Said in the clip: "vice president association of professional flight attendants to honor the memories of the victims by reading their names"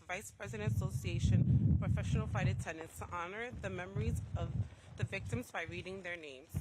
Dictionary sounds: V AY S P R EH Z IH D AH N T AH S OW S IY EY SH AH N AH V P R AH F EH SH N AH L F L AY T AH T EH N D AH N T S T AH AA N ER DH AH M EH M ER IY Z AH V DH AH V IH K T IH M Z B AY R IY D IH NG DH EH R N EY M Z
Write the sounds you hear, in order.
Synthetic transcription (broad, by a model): V AY S P R EH Z IH D AH N T AH S OW S IY EY SH AH N P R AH F EH SH N L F AY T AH T EH N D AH N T S T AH AA N ER DH AH M EH M ER IY Z AH V DH AH V IH K T IH M Z B AY R IY D IH NG DH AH R N EY M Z